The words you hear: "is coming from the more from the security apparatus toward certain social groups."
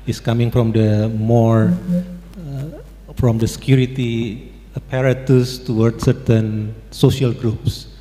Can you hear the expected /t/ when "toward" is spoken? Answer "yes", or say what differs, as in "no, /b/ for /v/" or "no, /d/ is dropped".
yes